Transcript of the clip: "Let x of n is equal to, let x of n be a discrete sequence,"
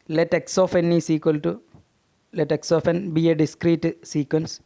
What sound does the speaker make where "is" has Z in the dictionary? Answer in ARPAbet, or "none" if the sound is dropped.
S